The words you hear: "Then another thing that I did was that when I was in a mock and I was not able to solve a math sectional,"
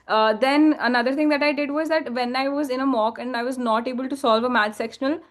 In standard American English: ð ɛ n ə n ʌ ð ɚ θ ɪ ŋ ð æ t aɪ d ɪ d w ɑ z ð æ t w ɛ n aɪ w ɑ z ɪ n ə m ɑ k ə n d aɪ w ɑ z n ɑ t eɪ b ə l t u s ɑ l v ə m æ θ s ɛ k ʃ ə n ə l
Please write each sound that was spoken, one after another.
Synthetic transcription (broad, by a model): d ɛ n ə n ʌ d ɚ t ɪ ŋ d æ t aɪ d ɪ d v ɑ z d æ t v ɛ n aɪ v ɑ z ɪ n ə m ɑ k ə n d aɪ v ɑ z n ɑ t eɪ b ə l t u s ɑ l v ə m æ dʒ s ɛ k ʃ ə n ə l